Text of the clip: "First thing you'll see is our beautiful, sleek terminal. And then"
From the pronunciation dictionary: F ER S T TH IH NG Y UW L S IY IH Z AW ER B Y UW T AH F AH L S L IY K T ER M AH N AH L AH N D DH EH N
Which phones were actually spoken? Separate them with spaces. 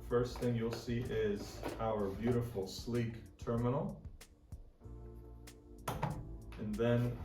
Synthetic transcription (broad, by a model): F ER S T TH IH NG Y UW L S IY IH Z AW ER B Y UW T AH F L S L IY K T ER M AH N L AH N DH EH N